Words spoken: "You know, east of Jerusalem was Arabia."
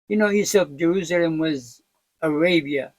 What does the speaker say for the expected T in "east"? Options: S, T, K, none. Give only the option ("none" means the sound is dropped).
none